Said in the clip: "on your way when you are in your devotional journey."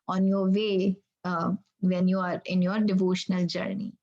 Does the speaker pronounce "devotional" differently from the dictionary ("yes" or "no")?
no